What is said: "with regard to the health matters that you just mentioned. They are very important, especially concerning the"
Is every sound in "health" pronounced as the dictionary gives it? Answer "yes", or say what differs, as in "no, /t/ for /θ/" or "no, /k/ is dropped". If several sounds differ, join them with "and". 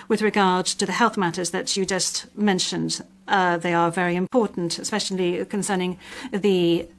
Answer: yes